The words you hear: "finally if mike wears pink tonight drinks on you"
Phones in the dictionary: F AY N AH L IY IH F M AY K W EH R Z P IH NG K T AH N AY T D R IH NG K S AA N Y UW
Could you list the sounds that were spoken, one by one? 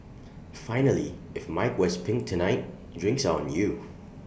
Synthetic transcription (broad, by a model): F AY N AH L IY IH F M AY K W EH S P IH NG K T AH N AY T D R IH NG K S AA N Y UW